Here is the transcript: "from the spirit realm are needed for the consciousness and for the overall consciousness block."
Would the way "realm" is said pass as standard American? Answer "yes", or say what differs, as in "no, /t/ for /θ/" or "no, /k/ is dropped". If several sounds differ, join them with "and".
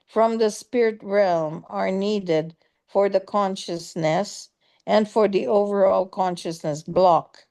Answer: yes